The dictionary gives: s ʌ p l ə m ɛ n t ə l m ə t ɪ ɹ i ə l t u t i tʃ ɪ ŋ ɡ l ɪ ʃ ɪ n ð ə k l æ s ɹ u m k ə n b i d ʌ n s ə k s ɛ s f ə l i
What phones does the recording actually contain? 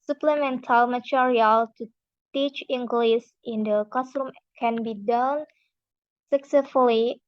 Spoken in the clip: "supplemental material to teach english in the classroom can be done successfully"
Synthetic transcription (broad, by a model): s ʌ p l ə m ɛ n t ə l m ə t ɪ ɹ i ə l t u t i tʃ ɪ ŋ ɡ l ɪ s ɪ n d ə k ɔ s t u m k ə n b i d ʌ n s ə k s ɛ s f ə l i